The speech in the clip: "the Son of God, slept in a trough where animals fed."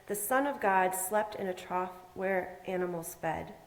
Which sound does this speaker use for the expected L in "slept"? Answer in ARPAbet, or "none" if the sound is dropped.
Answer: L